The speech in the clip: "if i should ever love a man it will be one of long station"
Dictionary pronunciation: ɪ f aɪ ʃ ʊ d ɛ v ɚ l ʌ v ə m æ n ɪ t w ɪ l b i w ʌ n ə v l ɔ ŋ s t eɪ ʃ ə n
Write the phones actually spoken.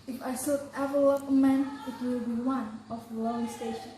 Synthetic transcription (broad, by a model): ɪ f aɪ s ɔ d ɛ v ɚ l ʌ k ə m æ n ɪ t w ɪ l b i w ʌ n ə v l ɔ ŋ s t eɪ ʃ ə n